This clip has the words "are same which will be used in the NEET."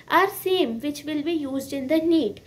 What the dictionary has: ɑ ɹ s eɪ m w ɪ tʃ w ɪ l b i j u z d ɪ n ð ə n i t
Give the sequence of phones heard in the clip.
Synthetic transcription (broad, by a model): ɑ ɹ s eɪ m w ɪ tʃ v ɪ l b i j u z d ɪ n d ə n i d